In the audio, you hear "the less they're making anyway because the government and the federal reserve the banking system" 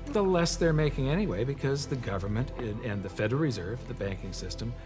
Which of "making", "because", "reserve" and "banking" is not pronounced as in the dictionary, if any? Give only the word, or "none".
none